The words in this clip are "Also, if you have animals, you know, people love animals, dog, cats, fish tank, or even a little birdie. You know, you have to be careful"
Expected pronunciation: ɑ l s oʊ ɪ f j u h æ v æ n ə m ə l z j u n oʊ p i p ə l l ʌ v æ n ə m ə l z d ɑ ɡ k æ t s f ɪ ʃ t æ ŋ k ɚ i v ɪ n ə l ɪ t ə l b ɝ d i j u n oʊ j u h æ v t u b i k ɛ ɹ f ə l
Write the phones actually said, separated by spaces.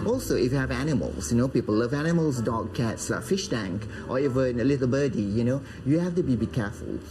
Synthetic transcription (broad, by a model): ɑ l s oʊ ɪ f j u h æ v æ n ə m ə l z j u n oʊ p i p ə l l ʌ v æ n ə m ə l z d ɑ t k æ t s f ɪ ʃ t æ ŋ k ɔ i v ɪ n ə l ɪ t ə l b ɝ d i j u n oʊ j u h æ f t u b i k ɛ f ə l